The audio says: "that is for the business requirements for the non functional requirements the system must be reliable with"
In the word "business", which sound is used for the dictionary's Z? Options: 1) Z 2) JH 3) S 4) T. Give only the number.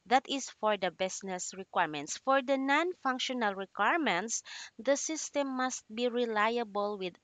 3